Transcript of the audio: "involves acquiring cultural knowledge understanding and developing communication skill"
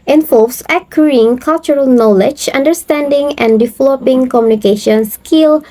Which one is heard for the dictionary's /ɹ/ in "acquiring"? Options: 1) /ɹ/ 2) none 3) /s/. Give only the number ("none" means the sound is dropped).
2